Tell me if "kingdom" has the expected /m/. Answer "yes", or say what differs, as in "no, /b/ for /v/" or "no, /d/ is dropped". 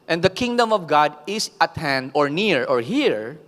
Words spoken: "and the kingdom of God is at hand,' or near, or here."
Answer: yes